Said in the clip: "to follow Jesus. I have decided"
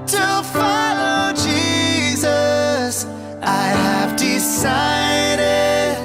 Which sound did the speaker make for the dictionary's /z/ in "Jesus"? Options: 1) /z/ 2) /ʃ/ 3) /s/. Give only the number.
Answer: 1